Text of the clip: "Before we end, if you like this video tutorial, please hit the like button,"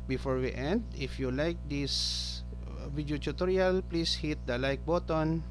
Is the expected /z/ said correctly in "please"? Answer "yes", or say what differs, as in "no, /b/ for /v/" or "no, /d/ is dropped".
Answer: no, /s/ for /z/